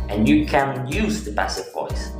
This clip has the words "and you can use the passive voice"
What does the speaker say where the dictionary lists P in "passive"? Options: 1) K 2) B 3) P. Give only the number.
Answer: 2